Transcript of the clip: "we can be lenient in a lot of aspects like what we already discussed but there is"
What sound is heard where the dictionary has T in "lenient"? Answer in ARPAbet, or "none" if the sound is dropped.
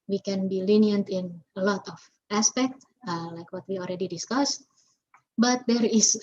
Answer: T